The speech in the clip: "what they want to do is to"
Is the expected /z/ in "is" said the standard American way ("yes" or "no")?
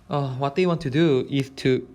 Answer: no